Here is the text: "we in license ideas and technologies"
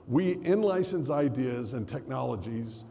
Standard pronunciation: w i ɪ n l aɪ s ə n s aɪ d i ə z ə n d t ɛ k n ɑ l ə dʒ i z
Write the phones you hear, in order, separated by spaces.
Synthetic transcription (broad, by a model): w i ɪ n l aɪ s ə n s aɪ d i ə z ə n t ɛ k n ɑ l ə dʒ i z